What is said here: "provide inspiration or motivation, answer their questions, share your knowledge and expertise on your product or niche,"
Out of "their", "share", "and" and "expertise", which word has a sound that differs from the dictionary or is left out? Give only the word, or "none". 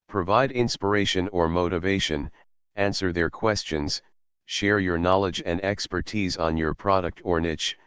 none